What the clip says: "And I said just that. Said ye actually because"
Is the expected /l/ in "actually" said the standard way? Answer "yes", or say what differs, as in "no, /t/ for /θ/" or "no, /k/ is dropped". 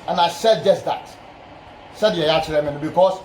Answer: no, /n/ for /l/